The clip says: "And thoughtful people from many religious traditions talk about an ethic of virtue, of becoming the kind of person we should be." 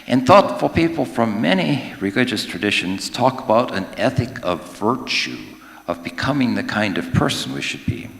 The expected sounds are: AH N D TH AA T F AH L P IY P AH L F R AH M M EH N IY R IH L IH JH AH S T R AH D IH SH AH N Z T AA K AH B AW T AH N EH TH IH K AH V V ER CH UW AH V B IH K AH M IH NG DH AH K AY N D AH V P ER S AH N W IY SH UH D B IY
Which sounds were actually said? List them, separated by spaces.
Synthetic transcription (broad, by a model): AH N TH AA T F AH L P IY P L F R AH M M EH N IY R IH L IH JH AH S T R AH D IH SH AH N Z T AA K AH B AW T AH N EH TH IH K AH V V ER CH UW AH V B IH K AH M IH NG DH AH K AY N D AH V P ER S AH N W IY SH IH D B IY